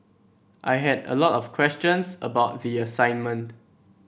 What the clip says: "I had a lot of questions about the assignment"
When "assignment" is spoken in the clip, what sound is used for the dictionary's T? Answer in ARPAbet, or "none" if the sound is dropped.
T